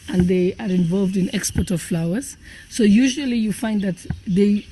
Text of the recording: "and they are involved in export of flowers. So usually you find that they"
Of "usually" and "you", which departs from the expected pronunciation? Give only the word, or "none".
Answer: none